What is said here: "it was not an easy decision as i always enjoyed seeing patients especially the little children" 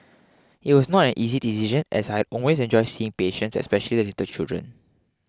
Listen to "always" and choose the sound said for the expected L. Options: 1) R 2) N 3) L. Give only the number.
2